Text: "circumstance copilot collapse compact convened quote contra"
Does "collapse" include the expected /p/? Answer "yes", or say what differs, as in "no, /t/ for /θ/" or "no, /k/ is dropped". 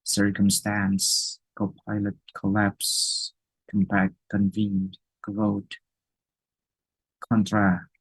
yes